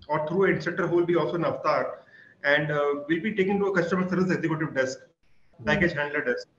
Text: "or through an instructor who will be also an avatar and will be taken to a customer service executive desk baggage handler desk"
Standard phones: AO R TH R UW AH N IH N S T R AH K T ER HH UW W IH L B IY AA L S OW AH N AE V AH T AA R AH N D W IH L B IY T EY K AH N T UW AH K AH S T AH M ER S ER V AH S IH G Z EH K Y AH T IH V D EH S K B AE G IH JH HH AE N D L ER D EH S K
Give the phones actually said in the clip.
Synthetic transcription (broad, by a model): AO R T R UW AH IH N T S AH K T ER HH UW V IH L B IY AA L S OW AH N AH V T AA R AH N D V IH L B IY T EY K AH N T UW AH K AH S T AH M ER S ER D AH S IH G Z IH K Y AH T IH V D EH S K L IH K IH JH HH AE N D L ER D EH S K